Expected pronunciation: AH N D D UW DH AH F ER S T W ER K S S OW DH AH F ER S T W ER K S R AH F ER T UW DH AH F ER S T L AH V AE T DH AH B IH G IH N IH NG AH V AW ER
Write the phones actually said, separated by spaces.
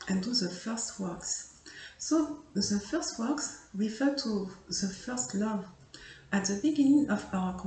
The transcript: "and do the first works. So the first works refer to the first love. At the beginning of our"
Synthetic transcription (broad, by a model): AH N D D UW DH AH F ER S T W ER K S S OW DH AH F ER S T W ER K S R AH F ER T UW DH AH F ER S T L AH V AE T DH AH B IH G IH N IH NG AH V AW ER